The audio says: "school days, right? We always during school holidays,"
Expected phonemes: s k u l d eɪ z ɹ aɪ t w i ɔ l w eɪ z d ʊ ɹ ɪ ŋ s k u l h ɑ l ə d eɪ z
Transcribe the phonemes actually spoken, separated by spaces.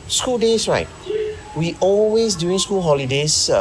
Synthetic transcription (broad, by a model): s k u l d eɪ s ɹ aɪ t w i ɔ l w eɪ s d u ɪ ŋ s k u l h ɑ l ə d eɪ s